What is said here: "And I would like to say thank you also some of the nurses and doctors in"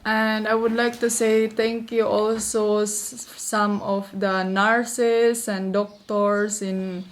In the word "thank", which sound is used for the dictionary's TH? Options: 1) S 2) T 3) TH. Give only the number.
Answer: 2